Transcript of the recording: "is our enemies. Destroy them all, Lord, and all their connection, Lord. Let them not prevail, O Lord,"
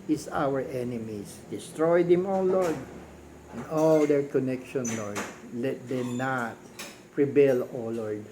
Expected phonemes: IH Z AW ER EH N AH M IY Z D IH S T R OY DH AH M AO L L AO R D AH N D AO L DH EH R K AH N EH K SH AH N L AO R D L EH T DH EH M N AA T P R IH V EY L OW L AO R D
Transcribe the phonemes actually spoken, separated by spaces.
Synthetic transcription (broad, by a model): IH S AW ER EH N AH M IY S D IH S T R OY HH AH M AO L L AO R D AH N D AO L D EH R K AH N EH K SH AH N L AO R D L EH T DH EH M N AA T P R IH B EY L OW L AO R D